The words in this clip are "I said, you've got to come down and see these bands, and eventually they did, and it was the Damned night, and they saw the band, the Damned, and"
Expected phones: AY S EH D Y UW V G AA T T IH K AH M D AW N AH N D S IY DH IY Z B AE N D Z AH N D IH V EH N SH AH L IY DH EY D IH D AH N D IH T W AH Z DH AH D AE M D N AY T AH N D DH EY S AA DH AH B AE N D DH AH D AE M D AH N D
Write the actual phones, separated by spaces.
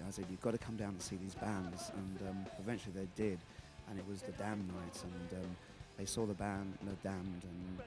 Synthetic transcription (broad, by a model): AY S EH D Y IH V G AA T T IH K AH M D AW AH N S IY DH IY Z B AE N D Z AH N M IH V EH N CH L IY DH EY D IH D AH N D IH T W AH Z DH AH D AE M N AY T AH N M DH EY S AA DH AH B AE N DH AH D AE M D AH N